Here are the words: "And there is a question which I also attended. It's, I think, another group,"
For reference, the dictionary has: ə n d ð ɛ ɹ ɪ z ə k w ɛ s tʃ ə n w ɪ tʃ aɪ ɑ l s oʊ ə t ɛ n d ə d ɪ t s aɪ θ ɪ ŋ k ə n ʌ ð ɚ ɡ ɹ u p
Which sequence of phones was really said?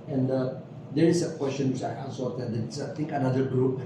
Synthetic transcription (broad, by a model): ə n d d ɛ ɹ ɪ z ə k w ɛ s tʃ ə n w ɪ tʃ aɪ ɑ n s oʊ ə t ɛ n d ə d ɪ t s aɪ t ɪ ŋ k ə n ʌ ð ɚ ɡ ɹ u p